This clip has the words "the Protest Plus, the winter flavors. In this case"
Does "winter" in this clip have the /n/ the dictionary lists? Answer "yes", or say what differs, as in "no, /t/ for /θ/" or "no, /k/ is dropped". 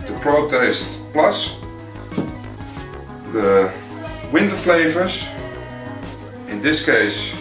yes